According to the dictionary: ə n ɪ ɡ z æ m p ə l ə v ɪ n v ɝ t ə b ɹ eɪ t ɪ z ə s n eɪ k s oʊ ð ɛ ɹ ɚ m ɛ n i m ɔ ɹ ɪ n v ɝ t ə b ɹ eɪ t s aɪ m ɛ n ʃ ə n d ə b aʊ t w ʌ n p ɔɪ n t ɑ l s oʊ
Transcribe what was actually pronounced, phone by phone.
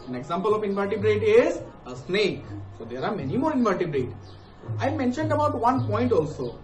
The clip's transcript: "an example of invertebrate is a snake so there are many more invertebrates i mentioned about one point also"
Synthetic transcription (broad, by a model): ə n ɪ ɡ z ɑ m p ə l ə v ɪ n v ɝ t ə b ɹ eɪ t ɪ z ə s n eɪ k s oʊ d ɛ ɹ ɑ m ɛ n i m ɔ ɹ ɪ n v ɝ t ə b ɹ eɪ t aɪ m ɛ n ʃ ə n d ə b aʊ t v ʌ n p ɔɪ n t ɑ l s oʊ